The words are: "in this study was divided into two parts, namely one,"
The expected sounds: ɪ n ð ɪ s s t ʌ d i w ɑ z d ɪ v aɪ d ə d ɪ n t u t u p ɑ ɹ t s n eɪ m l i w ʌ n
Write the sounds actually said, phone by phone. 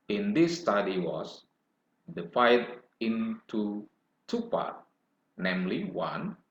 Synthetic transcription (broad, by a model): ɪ n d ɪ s s t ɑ d i w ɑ s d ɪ f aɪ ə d ɪ n t u t u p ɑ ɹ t n eɪ m l i w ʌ n